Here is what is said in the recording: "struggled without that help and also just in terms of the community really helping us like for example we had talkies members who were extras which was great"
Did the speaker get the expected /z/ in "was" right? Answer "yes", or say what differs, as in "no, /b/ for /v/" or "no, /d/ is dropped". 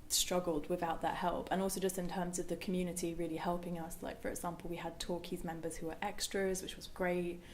yes